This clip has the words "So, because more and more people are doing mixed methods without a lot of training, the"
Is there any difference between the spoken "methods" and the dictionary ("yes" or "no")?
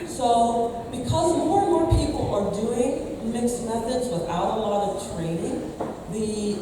no